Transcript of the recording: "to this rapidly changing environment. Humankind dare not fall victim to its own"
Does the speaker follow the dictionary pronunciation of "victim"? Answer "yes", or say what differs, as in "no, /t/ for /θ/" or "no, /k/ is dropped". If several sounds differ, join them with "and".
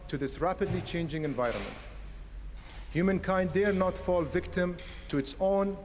yes